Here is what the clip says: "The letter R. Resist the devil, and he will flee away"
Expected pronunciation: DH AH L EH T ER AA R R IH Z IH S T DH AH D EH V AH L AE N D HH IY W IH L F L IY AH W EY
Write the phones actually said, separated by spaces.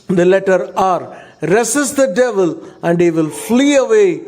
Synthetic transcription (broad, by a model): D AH L EH T ER AA R R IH S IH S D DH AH D EH V AH L AE N D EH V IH L F L IY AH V EY